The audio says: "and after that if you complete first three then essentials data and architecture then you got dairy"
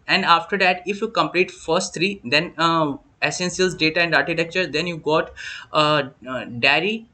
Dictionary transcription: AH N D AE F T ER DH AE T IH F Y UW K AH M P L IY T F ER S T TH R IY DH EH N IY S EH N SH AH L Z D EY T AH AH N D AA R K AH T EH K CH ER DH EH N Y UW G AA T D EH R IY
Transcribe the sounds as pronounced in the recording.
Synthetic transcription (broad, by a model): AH N D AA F T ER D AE T IH F Y UW K AH M P L IY T F ER S T T R IY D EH N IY S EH N S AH L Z D EY T AH AH N D AA R K AH T EH K CH ER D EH N Y UW G AA T D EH R IY